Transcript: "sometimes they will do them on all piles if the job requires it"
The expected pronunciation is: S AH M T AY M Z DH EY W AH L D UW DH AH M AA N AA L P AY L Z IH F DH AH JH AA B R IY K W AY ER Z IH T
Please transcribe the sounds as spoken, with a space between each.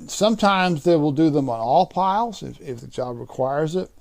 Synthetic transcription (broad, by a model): S AH M T AY M Z DH EY W AH L D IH DH AH M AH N AA L P AY L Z IH F DH AH JH AA B R IY K W AY ER Z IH T